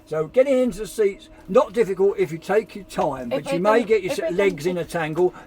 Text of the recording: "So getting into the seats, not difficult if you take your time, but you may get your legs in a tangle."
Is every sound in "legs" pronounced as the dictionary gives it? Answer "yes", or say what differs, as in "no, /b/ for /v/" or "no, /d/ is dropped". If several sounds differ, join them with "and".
yes